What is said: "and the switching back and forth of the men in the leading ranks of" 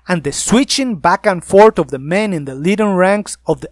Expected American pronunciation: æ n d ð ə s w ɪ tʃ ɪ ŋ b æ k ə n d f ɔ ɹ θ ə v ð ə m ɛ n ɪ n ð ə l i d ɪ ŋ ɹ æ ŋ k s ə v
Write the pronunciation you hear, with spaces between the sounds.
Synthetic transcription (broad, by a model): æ n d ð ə s w ɪ tʃ ɪ ŋ b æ k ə n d f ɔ ɹ t ə v ð ə m ɛ n ɪ n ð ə l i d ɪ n ɹ æ ŋ k s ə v